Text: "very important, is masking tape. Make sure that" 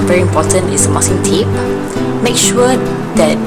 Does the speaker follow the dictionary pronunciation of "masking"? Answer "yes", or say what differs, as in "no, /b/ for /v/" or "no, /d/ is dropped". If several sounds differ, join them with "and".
no, /k/ is dropped